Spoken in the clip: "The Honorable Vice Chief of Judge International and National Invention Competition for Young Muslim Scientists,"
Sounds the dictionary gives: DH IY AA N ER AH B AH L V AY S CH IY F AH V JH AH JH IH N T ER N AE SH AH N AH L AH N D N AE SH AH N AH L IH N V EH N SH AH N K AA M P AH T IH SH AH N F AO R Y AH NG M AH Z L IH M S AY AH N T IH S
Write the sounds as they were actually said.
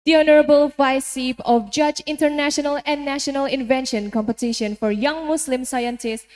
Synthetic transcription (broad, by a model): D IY AA N ER AH B AH L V AY S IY P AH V JH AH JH IH N T ER N AE SH AH N AH L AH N N AE SH AH N AH L IH N V EH N SH AH N K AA M P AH T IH SH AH N F AO R Y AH NG M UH S L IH M S AY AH N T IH S